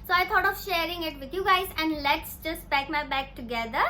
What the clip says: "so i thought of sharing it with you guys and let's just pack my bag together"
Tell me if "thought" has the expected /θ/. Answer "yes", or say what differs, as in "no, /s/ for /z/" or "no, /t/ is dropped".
no, /t/ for /θ/